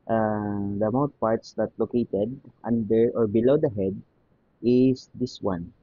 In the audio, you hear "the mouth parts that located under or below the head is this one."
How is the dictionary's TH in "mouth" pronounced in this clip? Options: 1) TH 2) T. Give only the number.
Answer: 2